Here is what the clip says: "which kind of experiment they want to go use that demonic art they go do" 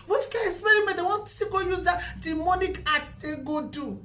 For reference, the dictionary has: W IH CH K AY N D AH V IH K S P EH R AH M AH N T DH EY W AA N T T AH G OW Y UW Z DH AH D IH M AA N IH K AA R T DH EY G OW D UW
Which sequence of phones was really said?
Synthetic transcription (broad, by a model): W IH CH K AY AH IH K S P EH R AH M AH T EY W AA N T S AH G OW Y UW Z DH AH D IH M AA N IH K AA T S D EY G OW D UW